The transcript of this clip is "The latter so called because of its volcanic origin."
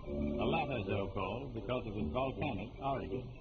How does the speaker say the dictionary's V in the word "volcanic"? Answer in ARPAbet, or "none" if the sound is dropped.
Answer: V